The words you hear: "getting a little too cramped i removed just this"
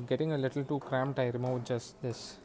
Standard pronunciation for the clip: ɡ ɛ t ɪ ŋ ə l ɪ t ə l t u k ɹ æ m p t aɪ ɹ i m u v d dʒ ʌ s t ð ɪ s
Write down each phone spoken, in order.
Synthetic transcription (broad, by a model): ɡ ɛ t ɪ ŋ ə l ɪ t ə l t u k ɹ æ m t aɪ ɹ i m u d dʒ ʌ s t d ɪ s